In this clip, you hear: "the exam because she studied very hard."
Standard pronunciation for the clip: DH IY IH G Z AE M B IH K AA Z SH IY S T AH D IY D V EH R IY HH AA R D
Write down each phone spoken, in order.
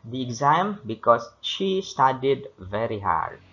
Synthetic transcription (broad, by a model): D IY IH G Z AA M B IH K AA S SH IY S T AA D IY D V EH R IY HH AA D